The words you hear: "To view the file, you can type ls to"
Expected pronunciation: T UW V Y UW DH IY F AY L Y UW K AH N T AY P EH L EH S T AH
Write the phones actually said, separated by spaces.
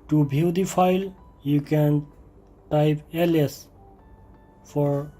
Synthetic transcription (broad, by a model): T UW B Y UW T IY F AY L Y UW K AH N T AY P EH L EH S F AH